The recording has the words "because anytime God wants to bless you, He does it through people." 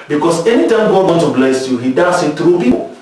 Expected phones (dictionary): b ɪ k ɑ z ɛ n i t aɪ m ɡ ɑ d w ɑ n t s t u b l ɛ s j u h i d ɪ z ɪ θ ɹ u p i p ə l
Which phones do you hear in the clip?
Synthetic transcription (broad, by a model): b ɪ k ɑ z ɛ n i t aɪ m ɡ ɑ d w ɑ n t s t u b l ɛ s j u h i d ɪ s ɪ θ ɹ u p i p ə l